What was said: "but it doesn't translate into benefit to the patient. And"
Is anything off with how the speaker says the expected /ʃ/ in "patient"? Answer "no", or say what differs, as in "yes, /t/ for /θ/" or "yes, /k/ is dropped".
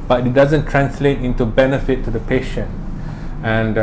no